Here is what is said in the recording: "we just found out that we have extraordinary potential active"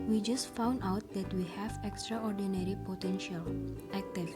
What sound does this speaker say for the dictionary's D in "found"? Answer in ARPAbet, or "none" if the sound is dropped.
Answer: D